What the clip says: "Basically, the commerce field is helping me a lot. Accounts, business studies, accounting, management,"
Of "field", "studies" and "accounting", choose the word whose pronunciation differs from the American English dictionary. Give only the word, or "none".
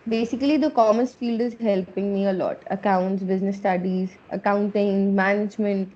none